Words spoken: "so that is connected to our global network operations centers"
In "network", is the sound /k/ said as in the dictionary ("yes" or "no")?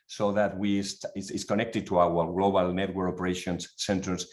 no